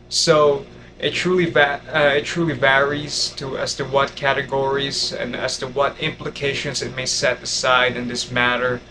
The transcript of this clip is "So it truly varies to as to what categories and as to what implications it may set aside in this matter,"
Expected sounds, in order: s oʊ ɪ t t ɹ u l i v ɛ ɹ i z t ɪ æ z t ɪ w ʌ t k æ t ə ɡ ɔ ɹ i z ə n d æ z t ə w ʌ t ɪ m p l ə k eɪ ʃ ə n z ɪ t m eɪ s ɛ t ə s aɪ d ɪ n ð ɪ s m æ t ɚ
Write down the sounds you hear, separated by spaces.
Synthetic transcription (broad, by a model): s oʊ ɪ t t ɹ u l i v ɛ ɹ i z t ɪ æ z t ɪ w ʌ t k æ t ə ɡ ɔ ɹ i z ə n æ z t ə w ʌ t ɪ m p l ə k eɪ ʃ ə n z ɪ t m eɪ s ɛ t ə s aɪ d ɪ n ð ɪ s m æ t ɚ